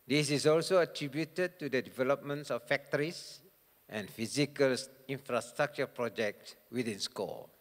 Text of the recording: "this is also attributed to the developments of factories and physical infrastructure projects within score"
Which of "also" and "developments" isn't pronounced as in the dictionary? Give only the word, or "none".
none